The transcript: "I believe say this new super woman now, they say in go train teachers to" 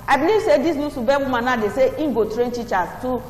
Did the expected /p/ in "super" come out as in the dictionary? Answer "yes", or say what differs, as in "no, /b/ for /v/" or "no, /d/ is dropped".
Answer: no, /b/ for /p/